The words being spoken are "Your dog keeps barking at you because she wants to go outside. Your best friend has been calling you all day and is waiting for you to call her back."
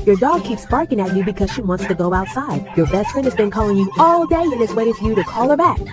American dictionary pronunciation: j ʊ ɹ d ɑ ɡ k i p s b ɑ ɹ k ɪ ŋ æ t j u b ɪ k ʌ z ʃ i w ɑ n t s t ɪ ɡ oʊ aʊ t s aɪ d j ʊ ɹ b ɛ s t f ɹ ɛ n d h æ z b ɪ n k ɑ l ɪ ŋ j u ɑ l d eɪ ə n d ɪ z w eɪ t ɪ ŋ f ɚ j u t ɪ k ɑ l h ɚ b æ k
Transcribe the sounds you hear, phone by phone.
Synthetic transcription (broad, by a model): j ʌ ɹ d ɑ ɡ k i p s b ɑ ɹ k ɪ ŋ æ t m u b ɪ k ʌ z ʃ i w ɑ n t s t ɪ ɡ oʊ aʊ t s aɪ d j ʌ ɹ b ɛ s t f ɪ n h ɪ z b ɪ n k ɑ l ɪ ŋ j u ɑ l d eɪ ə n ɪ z w eɪ t ɪ ŋ f ɚ j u t ɪ k ɑ l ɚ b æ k